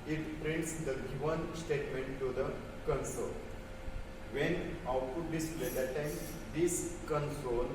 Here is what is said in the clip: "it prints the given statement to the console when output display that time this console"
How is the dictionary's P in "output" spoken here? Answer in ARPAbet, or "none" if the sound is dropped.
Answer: none